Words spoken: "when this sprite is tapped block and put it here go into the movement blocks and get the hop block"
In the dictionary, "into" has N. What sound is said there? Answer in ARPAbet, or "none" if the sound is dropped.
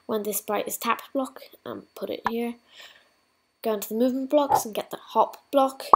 N